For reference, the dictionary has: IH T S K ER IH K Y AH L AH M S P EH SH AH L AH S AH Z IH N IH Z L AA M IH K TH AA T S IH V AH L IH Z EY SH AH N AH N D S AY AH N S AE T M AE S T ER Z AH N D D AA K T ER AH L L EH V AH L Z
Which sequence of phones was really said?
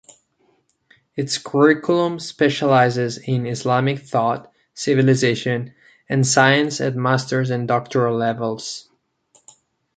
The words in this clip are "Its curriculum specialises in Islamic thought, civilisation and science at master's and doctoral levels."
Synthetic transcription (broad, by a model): IH T S K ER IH K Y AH L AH M S P EH SH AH L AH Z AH Z IH N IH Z L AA M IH K TH AA T S IH V AH L IH Z EY SH AH N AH N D S AY AH N S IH T M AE S T ER Z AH N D D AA K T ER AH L L EH V AH L Z